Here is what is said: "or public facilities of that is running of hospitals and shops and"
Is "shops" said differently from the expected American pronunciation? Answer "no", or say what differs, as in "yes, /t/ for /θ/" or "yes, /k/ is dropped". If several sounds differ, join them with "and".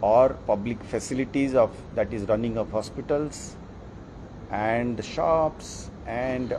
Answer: no